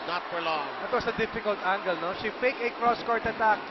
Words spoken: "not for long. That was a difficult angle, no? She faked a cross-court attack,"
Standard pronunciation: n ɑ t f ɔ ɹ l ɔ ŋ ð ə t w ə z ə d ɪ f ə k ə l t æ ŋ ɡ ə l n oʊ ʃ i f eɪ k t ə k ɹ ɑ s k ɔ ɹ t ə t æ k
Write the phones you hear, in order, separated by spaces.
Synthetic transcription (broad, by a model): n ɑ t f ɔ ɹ l ɔ ŋ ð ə t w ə s ə d ɪ f ə k ə l t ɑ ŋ ɡ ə l n oʊ ʃ i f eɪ k ə k ɹ ɑ s k ɔ ɹ t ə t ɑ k